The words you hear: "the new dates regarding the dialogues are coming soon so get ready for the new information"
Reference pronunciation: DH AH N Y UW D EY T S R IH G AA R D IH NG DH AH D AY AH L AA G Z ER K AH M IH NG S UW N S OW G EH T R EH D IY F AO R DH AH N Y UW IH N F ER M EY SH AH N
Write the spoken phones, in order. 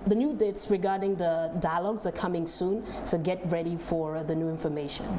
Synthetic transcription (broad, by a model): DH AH N Y UW D EY T S R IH G AA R D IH NG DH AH D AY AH L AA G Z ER K AH M IH NG S UW N S OW G EH T R EH D IY F AO R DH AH N Y UW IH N F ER M EY SH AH N